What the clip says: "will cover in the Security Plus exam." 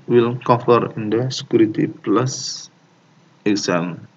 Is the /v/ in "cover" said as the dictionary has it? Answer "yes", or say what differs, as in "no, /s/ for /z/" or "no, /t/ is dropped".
no, /f/ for /v/